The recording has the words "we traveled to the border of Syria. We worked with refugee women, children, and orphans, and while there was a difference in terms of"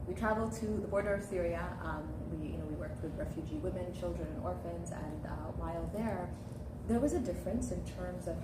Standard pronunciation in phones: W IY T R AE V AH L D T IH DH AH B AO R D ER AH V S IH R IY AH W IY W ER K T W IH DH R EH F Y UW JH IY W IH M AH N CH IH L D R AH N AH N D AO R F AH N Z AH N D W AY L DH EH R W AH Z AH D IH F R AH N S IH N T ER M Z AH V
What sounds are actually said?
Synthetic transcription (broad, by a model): W IY T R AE V L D T IH DH AH B AO R D ER AH V TH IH R IY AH W IY W ER K T W IH DH R EH F Y UW JH IY W IH M AH N CH IH L D R AH N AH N AO R F AH N Z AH N W AY L DH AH R W AH Z AH D IH F R AH N S IH N T ER M Z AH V